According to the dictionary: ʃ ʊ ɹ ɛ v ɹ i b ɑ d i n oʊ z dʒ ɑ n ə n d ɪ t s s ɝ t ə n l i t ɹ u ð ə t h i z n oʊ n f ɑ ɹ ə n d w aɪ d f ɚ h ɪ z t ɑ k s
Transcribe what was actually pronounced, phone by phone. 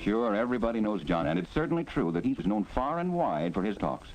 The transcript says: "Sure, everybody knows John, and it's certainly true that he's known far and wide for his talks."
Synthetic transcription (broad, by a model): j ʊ ɹ ɛ v ɹ i b ɑ d i n oʊ z dʒ ɑ n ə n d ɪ t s s ɝ t n l i t ɹ u ð ə t h i z n oʊ n f ɑ ɹ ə n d w aɪ d f ɚ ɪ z t ɑ k s